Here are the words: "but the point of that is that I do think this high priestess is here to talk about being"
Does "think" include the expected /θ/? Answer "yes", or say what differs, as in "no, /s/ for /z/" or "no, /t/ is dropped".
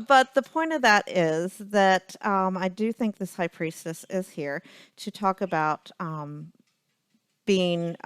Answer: yes